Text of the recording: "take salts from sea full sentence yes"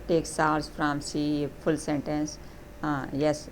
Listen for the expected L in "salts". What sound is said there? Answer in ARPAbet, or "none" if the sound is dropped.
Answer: none